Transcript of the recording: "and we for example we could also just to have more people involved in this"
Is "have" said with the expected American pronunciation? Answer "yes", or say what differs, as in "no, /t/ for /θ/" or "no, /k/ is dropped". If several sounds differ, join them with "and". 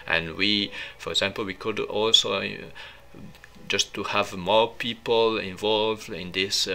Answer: yes